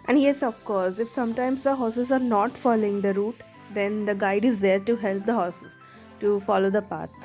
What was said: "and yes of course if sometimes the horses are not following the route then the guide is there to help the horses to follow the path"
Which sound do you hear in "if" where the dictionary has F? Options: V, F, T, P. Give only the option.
F